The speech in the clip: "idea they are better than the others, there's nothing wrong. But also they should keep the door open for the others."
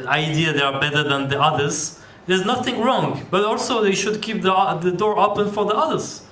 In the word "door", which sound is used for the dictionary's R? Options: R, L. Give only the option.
R